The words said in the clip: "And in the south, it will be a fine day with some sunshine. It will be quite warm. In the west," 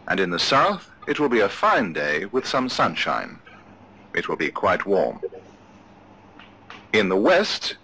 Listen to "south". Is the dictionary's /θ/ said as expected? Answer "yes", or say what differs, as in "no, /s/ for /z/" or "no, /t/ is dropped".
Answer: yes